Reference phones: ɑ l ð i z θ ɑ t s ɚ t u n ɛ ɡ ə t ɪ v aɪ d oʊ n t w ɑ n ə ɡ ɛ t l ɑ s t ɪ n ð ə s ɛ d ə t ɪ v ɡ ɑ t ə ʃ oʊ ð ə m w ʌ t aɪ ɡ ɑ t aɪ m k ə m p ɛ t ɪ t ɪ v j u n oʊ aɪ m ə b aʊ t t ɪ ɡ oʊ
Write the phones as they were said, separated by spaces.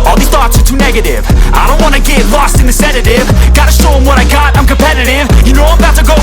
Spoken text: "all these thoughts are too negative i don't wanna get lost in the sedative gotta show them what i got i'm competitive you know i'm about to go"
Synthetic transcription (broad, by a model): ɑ l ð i θ ɑ t s ɚ t u n ɛ ɡ ə t ɪ v aɪ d oʊ n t w ɑ n ə ɡ ɛ t l ɑ s t ɪ n ð ə s ɛ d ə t ɪ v ɡ ɑ t ə ʃ oʊ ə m w ʌ t aɪ ɡ ɑ t aɪ m k ə m p ɛ t ɪ t ɪ v j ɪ n oʊ aɪ m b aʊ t t ɪ ɡ oʊ